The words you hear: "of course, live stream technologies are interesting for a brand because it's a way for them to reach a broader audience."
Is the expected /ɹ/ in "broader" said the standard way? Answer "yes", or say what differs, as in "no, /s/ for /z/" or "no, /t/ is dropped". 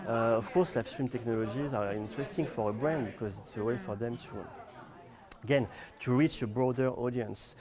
yes